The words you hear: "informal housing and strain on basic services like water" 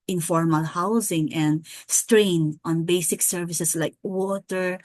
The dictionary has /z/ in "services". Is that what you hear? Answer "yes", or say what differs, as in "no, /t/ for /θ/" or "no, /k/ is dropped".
no, /s/ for /z/